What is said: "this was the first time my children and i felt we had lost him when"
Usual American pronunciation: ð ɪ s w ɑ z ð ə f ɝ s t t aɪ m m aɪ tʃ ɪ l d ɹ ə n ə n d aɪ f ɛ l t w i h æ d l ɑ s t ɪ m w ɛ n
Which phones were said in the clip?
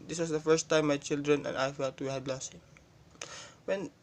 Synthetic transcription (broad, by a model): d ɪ s w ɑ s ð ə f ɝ s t t aɪ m m aɪ tʃ ɪ l d ɹ ə n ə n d aɪ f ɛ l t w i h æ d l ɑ s ɪ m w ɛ n